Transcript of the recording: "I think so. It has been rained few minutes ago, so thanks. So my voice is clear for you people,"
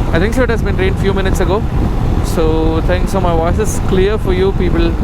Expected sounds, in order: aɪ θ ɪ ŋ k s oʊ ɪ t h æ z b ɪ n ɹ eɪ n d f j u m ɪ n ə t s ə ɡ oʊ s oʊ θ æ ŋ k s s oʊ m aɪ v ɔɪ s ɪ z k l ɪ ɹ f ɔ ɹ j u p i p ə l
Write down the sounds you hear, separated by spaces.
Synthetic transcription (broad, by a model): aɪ t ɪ ŋ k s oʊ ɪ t h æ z b ɪ n ɹ eɪ n d f j u m ɪ n ə t s ə ɡ oʊ s oʊ t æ ŋ k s s oʊ m aɪ v ɔɪ s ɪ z k l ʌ ɹ f ɔ ɹ j u p i p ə l